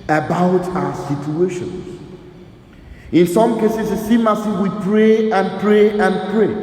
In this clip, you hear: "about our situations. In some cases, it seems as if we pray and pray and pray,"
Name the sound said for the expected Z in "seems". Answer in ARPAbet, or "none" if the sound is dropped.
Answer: none